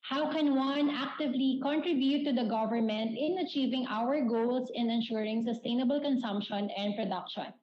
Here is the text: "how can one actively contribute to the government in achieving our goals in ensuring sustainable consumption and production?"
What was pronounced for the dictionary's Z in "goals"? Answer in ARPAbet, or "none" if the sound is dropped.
S